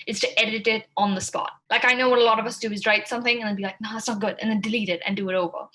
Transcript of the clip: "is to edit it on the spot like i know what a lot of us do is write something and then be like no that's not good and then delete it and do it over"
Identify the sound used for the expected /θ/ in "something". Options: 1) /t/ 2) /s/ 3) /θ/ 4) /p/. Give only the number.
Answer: 3